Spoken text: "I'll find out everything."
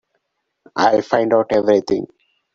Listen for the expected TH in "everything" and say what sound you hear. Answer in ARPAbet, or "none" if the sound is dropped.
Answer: T